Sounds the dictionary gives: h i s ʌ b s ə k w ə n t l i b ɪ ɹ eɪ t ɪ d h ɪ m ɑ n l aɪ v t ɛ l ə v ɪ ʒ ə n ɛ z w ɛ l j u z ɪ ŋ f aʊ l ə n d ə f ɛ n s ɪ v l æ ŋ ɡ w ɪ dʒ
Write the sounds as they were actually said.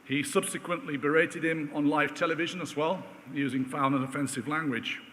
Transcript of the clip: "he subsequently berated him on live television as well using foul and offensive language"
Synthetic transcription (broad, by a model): h i s ʌ b s ə k w ə n t l i b ɪ ɹ eɪ t ɪ d h ɪ m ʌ n l aɪ v t ɛ l ə v ɪ ʒ ə n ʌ z w ɛ l j u z ɪ ŋ f aʊ n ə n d ə f ɛ n s ɪ v l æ ŋ ɡ w ɪ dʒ